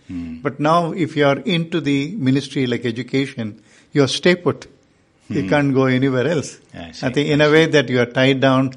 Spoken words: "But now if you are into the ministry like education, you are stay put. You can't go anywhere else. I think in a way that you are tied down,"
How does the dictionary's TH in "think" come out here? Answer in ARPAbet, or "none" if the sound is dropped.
T